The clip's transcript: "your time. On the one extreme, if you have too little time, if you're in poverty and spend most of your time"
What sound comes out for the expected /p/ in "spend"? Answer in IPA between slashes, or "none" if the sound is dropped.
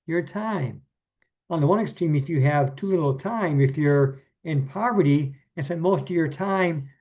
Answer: none